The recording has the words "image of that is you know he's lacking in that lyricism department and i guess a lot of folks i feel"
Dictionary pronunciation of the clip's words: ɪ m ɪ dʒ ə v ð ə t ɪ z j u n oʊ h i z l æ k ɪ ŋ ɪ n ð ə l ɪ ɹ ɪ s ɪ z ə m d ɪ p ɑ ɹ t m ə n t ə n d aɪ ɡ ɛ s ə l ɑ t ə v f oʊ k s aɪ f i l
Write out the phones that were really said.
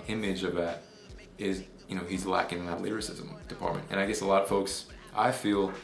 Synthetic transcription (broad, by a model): ɪ m ɪ dʒ ə v ð ə t ɪ z j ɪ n oʊ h i z l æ k ɪ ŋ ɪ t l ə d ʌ ɹ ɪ s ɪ z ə m d ɪ p ɑ ɹ t m ə n t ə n aɪ ɡ ɛ s ə l ɑ t ə v f oʊ k s aɪ f i l